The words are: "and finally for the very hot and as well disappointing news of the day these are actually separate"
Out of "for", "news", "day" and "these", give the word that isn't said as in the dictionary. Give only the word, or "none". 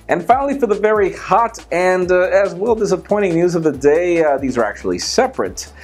none